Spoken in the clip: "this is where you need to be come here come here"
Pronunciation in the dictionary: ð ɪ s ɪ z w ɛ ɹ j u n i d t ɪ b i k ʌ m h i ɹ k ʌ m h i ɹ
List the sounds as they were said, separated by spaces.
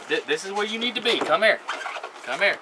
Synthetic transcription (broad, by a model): ð ɪ s ɪ z w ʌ ɹ j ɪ n i d t ɪ b i k ʌ m h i ɹ k ʌ m h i ɹ